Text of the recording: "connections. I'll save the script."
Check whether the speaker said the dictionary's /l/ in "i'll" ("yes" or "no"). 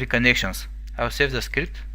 no